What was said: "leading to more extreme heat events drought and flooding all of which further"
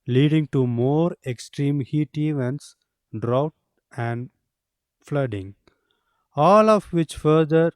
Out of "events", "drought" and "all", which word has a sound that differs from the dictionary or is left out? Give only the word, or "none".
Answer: none